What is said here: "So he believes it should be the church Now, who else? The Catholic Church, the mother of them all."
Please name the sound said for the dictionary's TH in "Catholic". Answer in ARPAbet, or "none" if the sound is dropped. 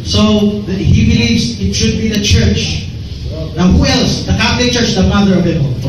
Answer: F